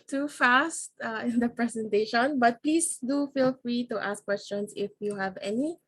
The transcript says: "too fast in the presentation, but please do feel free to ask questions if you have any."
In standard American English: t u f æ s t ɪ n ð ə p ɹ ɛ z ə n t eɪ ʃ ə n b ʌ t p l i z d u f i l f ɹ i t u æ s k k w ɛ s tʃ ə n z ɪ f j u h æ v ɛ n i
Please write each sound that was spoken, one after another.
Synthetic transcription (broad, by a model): t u f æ s t ɪ n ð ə p ɹ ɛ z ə n t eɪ ʃ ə n b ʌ t p l i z d u f i l f ɹ i t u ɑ s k k w ɛ s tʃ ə n s ɪ f j u h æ v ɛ n i